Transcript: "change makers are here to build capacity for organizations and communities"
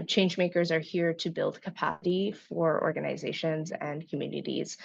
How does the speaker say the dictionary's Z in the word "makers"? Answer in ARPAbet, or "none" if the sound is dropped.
Z